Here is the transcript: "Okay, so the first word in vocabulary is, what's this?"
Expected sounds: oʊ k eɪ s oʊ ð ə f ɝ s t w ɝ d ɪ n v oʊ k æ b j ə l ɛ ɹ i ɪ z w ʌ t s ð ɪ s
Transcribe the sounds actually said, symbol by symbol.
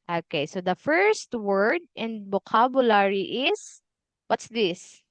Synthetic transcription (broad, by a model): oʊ k eɪ s oʊ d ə f ɝ s t w ɝ d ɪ n b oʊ k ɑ b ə l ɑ ɹ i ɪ s w ʌ t s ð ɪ s